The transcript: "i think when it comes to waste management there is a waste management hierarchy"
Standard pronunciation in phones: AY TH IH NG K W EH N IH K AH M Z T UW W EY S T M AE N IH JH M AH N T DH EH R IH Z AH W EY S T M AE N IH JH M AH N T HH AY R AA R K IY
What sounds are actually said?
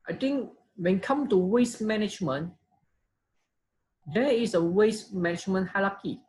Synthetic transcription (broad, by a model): AY T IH NG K W EH N K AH M T UW W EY S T M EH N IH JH M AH N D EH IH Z AH W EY S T M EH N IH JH M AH N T HH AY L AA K IY